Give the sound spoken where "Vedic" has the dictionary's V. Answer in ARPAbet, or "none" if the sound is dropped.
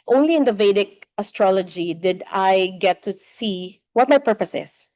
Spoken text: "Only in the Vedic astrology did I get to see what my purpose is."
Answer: V